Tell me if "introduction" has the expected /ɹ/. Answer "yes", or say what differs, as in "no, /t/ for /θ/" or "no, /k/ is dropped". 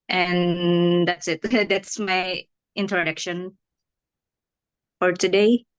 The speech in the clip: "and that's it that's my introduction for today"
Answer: yes